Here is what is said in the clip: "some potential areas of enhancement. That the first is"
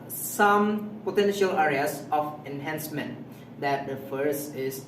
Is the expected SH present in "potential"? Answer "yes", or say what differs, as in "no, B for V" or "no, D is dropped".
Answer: yes